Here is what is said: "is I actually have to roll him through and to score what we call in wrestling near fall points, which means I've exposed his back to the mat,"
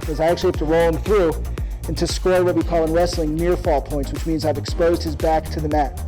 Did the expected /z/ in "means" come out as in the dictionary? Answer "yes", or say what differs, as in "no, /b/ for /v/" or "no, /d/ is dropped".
yes